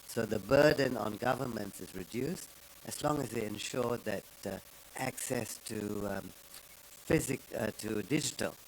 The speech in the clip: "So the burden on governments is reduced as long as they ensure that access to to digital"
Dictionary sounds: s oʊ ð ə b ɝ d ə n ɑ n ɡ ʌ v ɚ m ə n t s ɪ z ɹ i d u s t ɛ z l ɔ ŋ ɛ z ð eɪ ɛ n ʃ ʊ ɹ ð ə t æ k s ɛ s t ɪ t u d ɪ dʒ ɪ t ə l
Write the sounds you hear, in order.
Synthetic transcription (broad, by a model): s oʊ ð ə b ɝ d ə n ɑ n ɡ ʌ v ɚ m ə n t s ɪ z ɹ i d u s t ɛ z l ɔ ŋ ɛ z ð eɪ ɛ n ʃ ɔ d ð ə t æ k s ɛ s t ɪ t u d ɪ dʒ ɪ t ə l